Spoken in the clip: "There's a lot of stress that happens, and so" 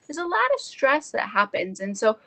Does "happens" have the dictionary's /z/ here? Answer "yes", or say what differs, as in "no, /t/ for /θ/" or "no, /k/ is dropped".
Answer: yes